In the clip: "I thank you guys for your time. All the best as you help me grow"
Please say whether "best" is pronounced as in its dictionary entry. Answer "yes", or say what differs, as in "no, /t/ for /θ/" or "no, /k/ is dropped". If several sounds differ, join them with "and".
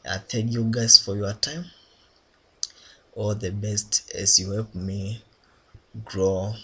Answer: yes